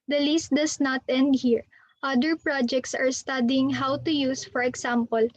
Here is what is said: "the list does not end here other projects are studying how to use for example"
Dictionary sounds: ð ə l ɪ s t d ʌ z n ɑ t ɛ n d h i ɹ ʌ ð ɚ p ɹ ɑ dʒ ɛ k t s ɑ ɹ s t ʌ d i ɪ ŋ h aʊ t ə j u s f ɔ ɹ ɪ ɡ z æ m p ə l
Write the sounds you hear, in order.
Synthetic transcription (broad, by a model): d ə l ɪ s t d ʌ s n ɑ t ɛ n d h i ɹ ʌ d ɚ p ɹ ɑ dʒ ɛ k t s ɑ ɹ s t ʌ d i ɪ ŋ h aʊ t ə j u s f ɔ ɹ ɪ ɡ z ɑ m p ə l